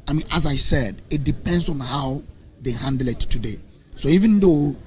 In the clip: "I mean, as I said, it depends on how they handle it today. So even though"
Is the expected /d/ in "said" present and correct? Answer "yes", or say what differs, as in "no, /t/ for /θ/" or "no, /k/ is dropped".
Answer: yes